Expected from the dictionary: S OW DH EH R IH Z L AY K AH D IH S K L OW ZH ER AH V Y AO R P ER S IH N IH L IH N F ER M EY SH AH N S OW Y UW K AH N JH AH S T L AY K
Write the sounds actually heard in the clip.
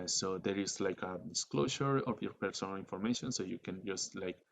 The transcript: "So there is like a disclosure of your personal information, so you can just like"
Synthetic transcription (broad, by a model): S OW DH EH R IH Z L AY K AH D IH S K L OW SH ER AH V Y AO R P ER S IH N IH L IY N F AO M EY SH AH N S OW Y UW K AH N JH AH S T L AY K